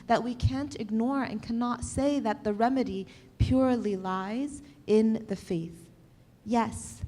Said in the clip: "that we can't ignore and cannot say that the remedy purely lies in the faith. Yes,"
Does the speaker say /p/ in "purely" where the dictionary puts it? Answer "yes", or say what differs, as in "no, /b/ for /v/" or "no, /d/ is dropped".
yes